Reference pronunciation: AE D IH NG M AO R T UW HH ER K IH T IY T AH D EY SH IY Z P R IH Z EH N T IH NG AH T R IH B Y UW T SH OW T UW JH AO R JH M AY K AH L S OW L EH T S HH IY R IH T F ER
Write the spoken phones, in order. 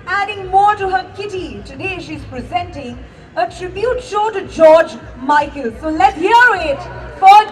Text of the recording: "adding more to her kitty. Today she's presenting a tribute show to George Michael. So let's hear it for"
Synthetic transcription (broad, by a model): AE D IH NG M AO R T UW HH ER K IH T IY T AH D EY SH IY Z P R IH Z EH N T IH NG AH T R IH B Y UW T SH OW T UW JH AO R JH M AY K AH L S OW L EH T HH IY R IH T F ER